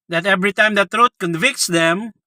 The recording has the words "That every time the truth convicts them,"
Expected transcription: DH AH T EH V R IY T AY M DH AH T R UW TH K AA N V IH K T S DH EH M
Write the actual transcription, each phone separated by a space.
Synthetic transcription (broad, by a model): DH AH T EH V R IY T AY M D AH T R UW T K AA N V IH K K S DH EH M